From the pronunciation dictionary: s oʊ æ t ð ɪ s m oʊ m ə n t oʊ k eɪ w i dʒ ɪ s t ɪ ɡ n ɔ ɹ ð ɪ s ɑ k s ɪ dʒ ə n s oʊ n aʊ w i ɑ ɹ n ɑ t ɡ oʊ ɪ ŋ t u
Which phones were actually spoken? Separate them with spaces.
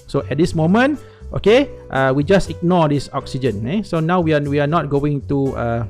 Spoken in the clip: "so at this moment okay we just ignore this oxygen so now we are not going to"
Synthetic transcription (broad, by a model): s oʊ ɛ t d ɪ s m oʊ m ə n t oʊ k eɪ w i dʒ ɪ s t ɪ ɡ n ɔ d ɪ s ɑ k s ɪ dʒ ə n s oʊ n aʊ w i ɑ w n ɑ t ɡ oʊ ɪ ŋ t u